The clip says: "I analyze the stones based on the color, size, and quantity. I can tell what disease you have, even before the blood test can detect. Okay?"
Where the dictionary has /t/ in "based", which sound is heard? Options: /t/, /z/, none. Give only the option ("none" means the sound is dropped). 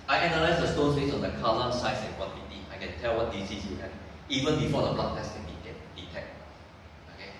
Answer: none